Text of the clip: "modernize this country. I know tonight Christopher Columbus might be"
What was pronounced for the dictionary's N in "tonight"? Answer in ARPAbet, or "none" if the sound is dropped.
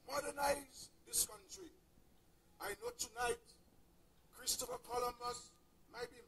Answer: N